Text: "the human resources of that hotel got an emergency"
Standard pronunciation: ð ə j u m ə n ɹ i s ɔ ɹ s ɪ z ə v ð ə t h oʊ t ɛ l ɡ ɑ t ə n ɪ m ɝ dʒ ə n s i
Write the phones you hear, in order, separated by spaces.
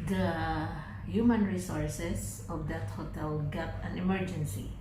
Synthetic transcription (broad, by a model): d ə j u m ə n ɹ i s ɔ ɹ s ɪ s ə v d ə t h oʊ t ɛ l ɡ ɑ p ə n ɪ m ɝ dʒ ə n s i